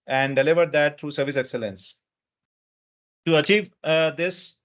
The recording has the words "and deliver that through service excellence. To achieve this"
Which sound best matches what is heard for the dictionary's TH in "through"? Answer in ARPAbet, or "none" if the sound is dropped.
T